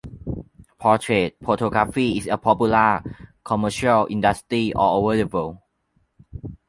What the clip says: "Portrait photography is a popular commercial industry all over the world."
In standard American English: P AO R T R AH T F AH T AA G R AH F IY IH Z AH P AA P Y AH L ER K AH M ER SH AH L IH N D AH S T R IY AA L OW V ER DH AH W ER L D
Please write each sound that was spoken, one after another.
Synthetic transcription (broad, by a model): P AO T R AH T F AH T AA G R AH F IY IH S AH P AA P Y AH L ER K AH M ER SH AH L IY N D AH S T R IY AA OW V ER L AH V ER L